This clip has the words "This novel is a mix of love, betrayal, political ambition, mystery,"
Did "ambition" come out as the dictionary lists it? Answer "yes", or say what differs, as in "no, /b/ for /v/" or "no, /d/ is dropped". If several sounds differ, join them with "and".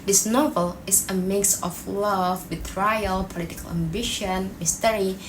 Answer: yes